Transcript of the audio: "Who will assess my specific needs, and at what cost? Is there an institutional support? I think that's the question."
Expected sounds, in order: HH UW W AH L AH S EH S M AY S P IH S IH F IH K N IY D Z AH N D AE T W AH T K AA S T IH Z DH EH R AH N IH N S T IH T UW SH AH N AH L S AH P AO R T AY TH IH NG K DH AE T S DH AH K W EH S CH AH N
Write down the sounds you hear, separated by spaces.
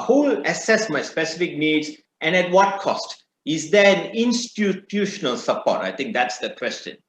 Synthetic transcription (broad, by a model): HH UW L AH S EH S M AY S P IH S IH F IH K N IY D Z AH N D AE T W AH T K AA S T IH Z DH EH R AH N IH N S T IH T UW SH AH N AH L S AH P AO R T AY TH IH NG K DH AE T S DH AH K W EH S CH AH N